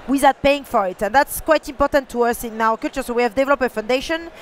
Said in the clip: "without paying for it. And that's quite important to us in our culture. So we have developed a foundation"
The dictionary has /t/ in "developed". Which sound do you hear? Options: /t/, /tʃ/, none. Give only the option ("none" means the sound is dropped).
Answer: none